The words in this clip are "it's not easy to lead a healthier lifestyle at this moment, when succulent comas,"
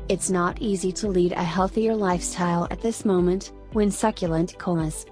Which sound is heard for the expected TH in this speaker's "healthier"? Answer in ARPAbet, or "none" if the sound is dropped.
TH